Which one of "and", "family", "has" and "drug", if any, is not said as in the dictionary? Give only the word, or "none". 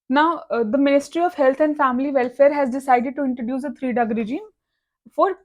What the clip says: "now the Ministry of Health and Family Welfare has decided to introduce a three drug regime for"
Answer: drug